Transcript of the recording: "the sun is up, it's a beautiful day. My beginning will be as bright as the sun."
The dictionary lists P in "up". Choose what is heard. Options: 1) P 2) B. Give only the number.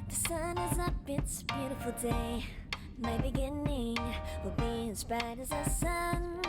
2